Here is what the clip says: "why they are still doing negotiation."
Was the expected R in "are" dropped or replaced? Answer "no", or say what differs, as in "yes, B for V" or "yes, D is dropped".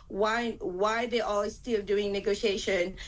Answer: yes, L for R